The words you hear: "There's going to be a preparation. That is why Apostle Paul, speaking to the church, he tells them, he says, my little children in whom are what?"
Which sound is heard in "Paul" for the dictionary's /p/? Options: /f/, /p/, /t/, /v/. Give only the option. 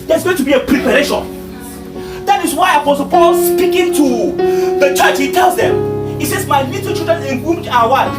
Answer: /p/